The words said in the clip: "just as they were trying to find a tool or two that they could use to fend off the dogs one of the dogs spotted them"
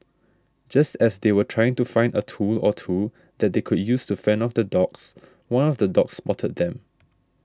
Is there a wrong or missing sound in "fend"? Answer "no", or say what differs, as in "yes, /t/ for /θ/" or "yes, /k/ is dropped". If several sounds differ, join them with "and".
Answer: yes, /d/ is dropped